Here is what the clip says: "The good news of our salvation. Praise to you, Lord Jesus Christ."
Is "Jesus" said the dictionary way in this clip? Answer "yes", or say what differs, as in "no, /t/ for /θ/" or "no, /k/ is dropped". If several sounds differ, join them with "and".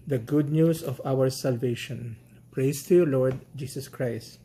no, /s/ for /z/